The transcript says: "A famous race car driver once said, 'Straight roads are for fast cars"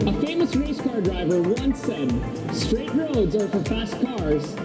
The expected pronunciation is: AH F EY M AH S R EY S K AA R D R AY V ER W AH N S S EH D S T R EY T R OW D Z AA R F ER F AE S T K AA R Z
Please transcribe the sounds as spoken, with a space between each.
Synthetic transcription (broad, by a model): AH F EY M AH S R EY S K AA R D R AY V ER W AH N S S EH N S T R EY T R OW D Z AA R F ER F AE S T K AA R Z